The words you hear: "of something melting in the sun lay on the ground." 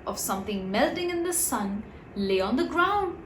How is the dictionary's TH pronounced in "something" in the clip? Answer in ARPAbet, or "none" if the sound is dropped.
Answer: TH